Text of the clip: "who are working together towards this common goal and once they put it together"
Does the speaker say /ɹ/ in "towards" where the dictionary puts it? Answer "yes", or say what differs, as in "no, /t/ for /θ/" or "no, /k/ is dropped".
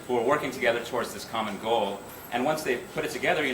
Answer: yes